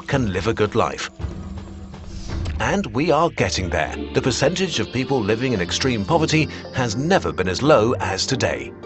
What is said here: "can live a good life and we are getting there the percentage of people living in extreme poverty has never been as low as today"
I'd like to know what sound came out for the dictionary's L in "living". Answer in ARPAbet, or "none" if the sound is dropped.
L